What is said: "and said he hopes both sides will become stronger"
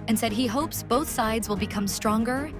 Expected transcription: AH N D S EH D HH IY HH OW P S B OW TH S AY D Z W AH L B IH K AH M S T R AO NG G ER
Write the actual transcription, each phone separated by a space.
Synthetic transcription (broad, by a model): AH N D S EH D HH IY HH OW P S B OW TH S AY D Z W AH L B IH K AH M S T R AO NG G ER